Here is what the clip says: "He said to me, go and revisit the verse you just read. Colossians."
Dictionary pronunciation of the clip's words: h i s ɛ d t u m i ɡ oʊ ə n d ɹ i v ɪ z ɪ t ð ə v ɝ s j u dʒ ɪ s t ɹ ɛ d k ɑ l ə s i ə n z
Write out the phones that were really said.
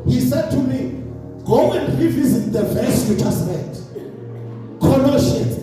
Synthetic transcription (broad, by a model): h i s ɛ d t u m i ɡ oʊ ə n d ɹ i v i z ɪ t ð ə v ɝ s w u tʃ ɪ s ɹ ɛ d k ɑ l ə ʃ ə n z